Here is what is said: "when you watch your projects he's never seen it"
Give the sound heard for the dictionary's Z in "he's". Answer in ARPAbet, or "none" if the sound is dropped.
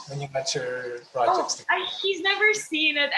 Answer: Z